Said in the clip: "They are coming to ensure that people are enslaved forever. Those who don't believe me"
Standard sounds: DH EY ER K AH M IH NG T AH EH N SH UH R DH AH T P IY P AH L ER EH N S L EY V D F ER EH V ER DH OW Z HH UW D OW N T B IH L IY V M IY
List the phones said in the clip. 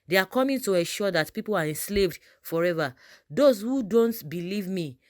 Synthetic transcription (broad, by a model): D EY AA K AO M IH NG T AH EH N SH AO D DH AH T P IY P AH L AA EH N S L EY V D F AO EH V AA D OW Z HH UW D OW N T B IH L IY V M IY